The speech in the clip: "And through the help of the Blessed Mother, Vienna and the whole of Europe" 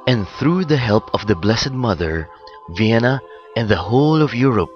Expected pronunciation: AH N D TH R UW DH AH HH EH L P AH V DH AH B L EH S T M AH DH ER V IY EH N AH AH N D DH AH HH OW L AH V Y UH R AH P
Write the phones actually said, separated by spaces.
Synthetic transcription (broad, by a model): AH N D TH R UW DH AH HH EH L P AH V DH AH B L EH S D M AH DH ER V IY EH N AH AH N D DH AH HH OW L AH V Y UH R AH P